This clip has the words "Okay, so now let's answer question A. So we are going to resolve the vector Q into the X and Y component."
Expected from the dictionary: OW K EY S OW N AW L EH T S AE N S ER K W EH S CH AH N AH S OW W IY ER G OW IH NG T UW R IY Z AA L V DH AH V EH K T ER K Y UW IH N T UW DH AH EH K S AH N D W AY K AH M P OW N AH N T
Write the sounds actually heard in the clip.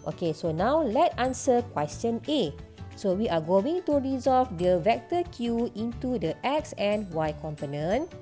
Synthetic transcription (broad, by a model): OW K EY S OW N AW L EH T AA N S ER K W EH S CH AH N AH S OW W IY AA G OW IH NG T UW R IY Z AA L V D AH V EH K T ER K Y UW IH N T UW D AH EH K S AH N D W AY K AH M P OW N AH N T